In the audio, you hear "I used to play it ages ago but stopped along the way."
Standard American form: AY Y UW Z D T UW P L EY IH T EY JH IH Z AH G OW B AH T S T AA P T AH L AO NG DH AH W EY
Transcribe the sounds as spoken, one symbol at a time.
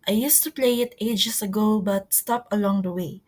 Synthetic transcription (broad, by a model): AY Y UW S T UW P L EY IH T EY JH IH S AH G OW B AH T S T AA P AH L AO NG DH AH W EY